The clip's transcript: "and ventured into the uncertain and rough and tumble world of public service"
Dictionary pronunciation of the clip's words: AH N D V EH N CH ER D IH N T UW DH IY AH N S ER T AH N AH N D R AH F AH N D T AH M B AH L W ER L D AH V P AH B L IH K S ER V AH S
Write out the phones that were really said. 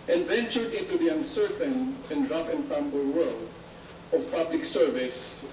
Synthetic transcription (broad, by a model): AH N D V EH N CH ER D IH N T UW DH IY AH N S ER T AH N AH N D R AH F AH N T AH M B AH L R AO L AH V P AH B L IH K S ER V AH S